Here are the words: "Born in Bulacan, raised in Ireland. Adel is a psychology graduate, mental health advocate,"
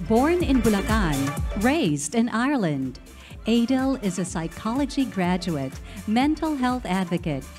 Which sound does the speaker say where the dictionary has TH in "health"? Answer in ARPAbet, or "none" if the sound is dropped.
TH